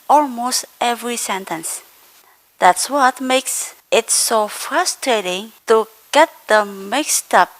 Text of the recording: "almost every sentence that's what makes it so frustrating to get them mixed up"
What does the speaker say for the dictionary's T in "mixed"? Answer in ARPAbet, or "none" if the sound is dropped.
T